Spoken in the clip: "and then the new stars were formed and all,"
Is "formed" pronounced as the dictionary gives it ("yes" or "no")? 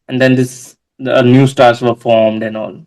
yes